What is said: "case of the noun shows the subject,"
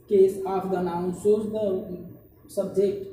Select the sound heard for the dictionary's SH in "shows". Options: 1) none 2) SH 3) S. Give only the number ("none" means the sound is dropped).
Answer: 3